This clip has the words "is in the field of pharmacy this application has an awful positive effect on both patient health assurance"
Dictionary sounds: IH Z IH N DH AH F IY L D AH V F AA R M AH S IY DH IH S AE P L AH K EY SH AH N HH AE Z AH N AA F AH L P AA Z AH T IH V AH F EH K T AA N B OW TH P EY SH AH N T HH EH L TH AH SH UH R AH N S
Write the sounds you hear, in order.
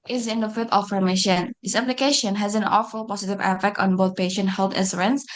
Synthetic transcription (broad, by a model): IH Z IH N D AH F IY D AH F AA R M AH SH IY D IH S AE P L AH K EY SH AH N HH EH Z AH N AA F AH L P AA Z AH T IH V AH F EH K T AA N B OW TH P EY SH AH N T HH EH L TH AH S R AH N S